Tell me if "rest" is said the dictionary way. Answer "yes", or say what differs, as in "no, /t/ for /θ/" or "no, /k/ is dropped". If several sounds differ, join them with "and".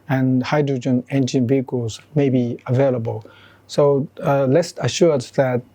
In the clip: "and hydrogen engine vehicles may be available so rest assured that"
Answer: no, /l/ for /ɹ/